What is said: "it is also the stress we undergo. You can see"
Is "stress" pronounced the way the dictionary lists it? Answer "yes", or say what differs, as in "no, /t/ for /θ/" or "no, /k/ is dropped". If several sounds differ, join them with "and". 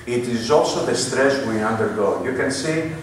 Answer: yes